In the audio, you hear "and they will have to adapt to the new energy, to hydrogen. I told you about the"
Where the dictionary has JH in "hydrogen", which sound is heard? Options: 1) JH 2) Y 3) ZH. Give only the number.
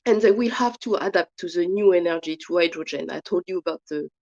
1